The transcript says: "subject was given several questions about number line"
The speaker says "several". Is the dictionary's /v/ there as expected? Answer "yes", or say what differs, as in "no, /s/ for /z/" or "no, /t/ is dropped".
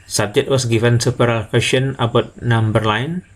no, /p/ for /v/